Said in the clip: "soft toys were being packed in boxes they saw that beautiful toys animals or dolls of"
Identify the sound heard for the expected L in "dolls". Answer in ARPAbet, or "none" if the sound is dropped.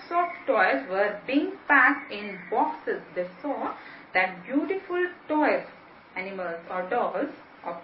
none